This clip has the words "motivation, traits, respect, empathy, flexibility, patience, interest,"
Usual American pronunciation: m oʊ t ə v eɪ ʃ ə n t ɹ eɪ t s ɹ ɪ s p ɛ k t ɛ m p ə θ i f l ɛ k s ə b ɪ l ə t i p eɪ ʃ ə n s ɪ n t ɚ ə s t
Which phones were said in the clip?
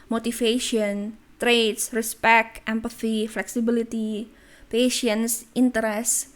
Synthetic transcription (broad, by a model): m oʊ t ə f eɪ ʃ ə n t ɹ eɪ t s ɹ ɪ s p ɛ k t ɛ m p ə θ i f l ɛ k s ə b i l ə t i p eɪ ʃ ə n s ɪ n t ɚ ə s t